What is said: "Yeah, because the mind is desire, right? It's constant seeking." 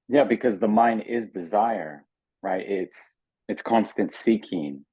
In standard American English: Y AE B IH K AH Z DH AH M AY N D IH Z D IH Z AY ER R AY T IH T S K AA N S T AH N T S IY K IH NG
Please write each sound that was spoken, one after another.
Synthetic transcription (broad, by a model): Y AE B IH K AH Z DH AH M AY N D IH Z D IH Z AY ER R AY T IH T S K AA N S T AH N T S IY K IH NG